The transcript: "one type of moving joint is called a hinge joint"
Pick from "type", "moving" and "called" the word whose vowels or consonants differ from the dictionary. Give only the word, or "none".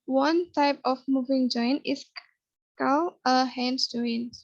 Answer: called